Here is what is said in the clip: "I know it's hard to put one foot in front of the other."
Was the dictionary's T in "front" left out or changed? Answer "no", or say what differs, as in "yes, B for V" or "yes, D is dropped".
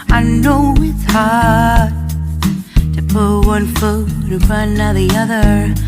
yes, T is dropped